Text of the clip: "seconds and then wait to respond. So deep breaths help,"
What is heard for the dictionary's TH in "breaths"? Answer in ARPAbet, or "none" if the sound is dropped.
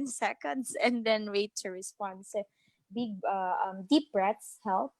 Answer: T